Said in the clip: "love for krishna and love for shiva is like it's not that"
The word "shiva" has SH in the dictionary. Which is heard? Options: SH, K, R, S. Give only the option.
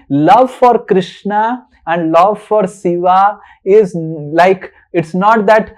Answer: S